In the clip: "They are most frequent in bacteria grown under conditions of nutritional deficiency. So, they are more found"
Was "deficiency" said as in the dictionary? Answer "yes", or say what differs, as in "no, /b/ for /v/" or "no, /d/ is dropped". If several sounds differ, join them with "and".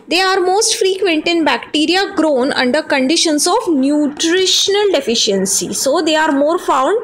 yes